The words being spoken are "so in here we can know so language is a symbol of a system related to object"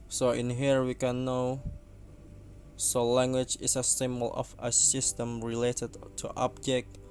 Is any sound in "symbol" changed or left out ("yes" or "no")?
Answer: no